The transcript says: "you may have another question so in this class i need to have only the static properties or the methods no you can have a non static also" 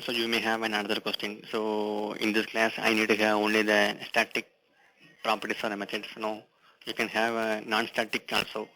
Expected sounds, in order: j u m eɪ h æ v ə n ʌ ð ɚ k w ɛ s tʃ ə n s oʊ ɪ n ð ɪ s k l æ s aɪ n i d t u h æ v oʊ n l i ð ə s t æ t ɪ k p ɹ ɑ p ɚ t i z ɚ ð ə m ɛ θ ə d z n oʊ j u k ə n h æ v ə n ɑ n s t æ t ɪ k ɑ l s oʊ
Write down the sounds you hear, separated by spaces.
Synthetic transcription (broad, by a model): j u m eɪ h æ v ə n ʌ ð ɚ k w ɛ s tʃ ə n s oʊ ɪ n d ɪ s k l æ s aɪ n i d t u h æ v oʊ n l i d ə s t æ t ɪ k p ɹ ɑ p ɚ t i s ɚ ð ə m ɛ t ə d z n oʊ j u k ə n h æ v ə n ɑ n s t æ t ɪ k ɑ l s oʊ